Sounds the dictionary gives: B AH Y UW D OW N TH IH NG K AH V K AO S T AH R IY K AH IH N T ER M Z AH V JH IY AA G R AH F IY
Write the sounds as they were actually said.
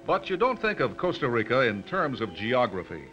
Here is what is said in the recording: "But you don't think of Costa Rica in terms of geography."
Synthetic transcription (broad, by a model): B AH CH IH D OW N TH IH NG K AH V K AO S T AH R IY K AH IH N T ER M Z AH V JH IY AA G R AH F IY